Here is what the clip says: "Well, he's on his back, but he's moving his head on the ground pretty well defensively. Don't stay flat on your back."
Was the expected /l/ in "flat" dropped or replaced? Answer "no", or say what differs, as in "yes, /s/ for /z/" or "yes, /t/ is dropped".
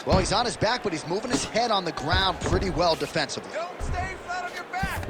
yes, /l/ is dropped